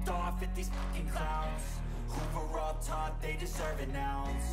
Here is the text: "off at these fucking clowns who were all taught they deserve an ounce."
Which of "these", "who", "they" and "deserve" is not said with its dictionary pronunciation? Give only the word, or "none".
none